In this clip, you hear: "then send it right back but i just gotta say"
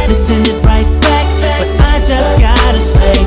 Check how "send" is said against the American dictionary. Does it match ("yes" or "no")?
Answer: yes